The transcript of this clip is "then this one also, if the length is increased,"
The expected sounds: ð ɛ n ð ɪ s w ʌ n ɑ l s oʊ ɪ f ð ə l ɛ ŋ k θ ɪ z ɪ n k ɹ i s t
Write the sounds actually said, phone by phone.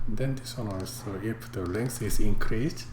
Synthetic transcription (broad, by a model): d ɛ n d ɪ s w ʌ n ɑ s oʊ ɪ f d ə l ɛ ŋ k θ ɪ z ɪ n k ɹ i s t